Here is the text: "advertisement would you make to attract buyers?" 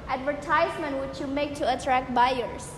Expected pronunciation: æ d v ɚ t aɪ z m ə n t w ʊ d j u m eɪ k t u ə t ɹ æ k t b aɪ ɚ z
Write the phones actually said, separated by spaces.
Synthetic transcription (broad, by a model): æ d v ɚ t aɪ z m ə n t w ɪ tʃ j u m eɪ k t u ə t ɹ æ k t b aɪ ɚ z